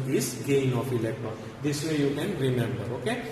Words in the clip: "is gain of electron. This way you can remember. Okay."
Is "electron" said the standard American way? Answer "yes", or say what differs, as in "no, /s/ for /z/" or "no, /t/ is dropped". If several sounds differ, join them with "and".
no, /ɹ/ is dropped